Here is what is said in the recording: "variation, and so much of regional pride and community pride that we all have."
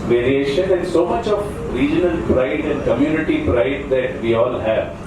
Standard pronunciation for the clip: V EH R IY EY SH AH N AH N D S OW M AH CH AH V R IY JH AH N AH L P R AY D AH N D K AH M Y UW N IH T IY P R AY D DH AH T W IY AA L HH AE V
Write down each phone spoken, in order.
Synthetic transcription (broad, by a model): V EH R IY EY SH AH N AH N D S OW M AH CH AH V R IY JH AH N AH N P R AY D AH N D K AH M Y UW N IH T IY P R AY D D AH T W IY AA L HH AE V